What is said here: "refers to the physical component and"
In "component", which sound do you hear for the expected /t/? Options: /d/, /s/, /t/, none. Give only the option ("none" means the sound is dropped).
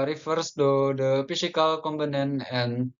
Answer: none